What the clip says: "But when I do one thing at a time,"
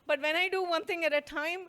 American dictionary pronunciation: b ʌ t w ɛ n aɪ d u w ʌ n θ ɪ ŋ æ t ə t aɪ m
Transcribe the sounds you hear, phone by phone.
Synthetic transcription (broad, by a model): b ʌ t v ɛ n aɪ d u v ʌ n t ɪ ŋ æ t ə t aɪ m